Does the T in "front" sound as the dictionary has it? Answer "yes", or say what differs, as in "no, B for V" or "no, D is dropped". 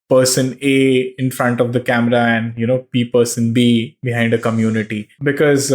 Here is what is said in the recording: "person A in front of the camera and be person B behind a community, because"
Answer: yes